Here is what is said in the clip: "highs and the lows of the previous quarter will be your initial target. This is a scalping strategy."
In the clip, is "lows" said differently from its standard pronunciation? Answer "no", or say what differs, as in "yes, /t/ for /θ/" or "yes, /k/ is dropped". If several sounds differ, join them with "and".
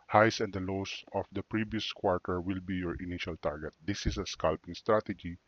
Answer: yes, /s/ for /z/